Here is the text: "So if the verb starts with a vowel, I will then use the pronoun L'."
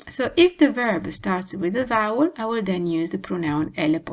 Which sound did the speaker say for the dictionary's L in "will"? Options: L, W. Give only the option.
L